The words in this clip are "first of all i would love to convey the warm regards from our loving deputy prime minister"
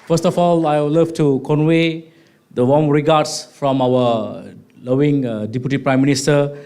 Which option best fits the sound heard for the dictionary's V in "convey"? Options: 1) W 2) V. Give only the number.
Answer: 1